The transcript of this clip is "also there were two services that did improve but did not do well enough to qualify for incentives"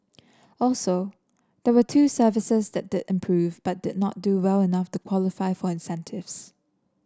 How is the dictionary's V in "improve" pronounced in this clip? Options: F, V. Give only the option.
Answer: V